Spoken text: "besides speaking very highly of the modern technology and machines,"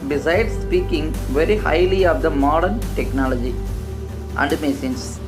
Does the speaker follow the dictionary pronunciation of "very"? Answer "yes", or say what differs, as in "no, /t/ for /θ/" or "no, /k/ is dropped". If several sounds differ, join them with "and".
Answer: yes